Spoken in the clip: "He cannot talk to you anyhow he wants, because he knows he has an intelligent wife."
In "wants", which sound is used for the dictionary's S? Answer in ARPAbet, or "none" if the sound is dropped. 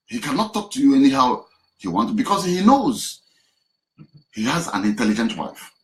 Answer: none